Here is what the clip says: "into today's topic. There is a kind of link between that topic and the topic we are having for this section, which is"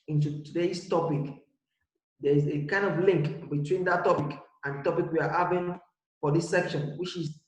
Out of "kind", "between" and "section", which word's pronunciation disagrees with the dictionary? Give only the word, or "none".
none